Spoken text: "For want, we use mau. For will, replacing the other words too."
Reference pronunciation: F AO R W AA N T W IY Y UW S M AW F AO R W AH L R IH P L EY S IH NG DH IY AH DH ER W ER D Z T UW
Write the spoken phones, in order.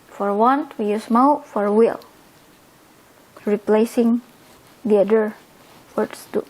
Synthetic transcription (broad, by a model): F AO R W AA N T W IY Y UW S M AW F AO R W AH L R IH P L EY S IH NG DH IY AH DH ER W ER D S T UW